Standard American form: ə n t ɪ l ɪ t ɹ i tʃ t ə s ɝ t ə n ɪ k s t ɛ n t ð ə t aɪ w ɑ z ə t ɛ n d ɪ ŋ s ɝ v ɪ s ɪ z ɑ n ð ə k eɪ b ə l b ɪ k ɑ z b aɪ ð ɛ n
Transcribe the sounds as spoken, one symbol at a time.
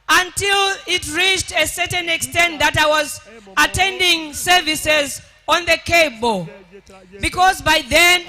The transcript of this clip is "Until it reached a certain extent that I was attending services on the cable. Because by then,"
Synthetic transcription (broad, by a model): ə n t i l ɪ t ɹ i tʃ t ə s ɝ t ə n ɪ k s t ɛ n t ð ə t aɪ w ɑ z ə t ɛ n d ɪ ŋ s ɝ v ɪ s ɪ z ɑ n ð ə k eɪ b ə l b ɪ k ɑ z b aɪ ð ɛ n